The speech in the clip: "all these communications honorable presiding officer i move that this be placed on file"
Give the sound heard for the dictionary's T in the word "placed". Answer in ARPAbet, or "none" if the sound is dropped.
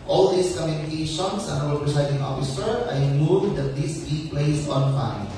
none